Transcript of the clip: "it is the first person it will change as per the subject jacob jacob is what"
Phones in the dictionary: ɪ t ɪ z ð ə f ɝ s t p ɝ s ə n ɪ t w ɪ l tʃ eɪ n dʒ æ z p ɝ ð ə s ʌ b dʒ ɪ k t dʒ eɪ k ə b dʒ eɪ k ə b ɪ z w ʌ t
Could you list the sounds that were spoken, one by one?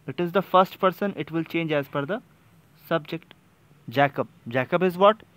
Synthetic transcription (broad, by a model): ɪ t ɪ z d ə f ɝ s t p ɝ s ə n ɪ t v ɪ l tʃ eɪ n dʒ æ z f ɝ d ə s ʌ b dʒ ɪ k t dʒ eɪ k ə b dʒ eɪ k ə b ɪ z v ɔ t